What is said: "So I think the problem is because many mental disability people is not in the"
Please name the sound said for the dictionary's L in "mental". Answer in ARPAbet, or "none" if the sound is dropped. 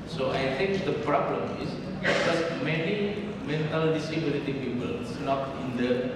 L